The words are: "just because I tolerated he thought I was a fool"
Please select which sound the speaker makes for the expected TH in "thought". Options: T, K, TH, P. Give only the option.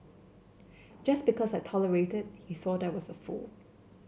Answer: TH